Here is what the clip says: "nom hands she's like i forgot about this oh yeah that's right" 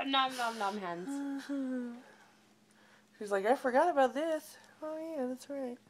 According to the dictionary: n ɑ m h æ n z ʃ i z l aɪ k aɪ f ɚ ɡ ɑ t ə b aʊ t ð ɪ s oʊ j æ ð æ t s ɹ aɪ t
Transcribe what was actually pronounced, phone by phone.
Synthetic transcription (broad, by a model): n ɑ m h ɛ n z ʃ i z l aɪ k aɪ f ɚ ɡ ɑ t ə b aʊ t ð ɪ s oʊ j æ ð æ t s ɹ aɪ t